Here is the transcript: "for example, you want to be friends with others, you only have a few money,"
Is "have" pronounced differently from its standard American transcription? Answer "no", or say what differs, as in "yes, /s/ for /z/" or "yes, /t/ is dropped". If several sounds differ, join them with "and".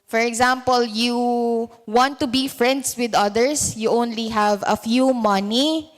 no